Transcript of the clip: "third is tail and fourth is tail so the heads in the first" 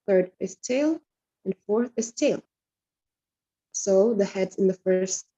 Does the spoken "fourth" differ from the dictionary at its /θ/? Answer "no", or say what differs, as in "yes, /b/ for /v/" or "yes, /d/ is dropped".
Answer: no